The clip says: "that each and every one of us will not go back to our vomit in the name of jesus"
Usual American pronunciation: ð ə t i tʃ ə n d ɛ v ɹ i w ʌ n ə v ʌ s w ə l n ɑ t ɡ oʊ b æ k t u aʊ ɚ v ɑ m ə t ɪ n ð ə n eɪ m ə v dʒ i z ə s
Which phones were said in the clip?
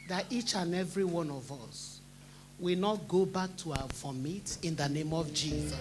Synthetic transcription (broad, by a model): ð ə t i tʃ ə n ɛ v ɹ i w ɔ n ə v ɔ s w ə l n ɑ t ɡ oʊ b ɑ k t u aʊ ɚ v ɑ m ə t ɪ n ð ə n eɪ m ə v dʒ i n